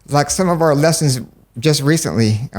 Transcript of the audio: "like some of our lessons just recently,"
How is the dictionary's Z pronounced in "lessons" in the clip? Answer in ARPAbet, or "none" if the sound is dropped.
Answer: Z